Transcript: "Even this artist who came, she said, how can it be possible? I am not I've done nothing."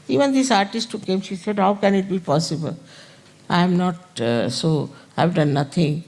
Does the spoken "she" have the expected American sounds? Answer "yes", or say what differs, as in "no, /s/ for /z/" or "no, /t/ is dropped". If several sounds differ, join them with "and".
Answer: yes